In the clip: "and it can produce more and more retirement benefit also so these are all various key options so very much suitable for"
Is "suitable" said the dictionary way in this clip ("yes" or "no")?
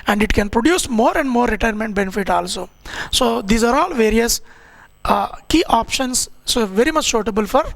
no